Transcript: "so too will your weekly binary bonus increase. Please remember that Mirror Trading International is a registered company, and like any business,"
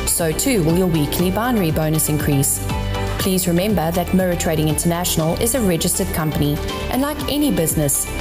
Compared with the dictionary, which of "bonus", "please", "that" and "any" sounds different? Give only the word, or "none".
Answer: none